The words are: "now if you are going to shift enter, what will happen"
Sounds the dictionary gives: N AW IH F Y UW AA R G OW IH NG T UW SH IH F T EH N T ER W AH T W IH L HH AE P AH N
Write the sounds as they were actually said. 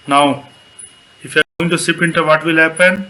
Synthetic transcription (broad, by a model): N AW IH F Y UW AA R G OW IH NG T UW S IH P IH N T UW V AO T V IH L HH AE P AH N